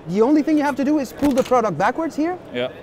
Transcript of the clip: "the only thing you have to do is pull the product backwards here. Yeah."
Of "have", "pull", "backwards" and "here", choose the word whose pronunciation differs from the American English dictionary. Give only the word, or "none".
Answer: have